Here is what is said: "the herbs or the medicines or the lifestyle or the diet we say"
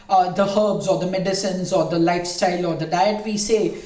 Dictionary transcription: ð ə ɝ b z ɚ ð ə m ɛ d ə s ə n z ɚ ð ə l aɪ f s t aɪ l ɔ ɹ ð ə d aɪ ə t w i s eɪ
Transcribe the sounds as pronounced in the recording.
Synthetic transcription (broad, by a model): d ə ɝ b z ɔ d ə m ɛ d ə s ə n z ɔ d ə l aɪ f s t aɪ l ɔ ɹ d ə d aɪ ə t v i s eɪ